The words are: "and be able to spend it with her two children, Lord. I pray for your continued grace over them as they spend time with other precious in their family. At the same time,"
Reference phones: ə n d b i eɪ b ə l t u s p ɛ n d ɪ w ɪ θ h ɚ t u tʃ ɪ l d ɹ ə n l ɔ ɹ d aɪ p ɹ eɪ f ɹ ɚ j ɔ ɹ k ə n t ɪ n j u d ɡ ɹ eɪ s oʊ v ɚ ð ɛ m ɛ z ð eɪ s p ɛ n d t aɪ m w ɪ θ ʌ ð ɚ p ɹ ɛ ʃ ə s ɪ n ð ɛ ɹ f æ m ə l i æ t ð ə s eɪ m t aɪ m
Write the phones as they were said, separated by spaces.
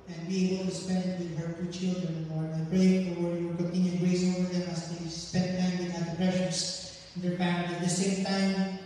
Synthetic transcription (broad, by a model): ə n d b i eɪ b ə l t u s p ɛ n d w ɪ h ɚ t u tʃ ɪ l d ɹ ə n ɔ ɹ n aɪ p ɹ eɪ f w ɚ j ɔ ɹ k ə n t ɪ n j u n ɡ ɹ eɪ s oʊ v ɚ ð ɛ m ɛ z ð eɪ s p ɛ n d t aɪ m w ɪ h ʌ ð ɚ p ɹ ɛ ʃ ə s ɪ n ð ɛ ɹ p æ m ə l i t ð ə s eɪ m t aɪ m